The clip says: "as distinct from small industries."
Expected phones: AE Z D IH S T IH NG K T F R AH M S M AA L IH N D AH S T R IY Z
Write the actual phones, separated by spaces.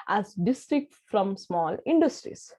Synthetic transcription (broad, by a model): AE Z D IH S T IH K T F R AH M S M AA L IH N D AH S T R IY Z